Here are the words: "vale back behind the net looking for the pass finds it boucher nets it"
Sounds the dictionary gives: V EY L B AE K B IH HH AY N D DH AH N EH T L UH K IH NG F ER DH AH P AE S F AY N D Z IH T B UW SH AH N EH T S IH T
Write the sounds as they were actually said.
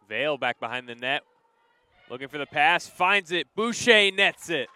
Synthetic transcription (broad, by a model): V EY L B AE K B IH HH AY N DH AH N EH T L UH K IH NG F ER DH AH P AE S F AY N D Z IH T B UW SH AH N EH T S IH T